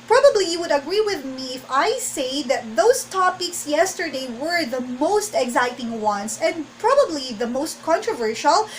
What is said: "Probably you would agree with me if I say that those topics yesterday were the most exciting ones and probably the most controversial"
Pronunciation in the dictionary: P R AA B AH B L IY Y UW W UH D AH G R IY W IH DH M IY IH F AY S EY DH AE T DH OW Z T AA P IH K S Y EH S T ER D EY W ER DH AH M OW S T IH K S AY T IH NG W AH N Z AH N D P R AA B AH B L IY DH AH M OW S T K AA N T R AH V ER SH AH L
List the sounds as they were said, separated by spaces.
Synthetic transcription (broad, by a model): P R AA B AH B L IY Y UW W UH D AH G R IY W IH DH M IY IH F AY S EY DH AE T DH OW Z T AA P IH K S Y EH S T ER D EY W ER DH AH M OW S T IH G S AY T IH NG W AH N S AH N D P R AA B AH B L IY DH AH M OW S T K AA N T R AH V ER SH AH L